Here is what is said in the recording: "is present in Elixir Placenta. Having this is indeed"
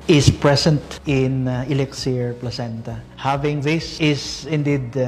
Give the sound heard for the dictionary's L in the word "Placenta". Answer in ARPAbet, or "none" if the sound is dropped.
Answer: L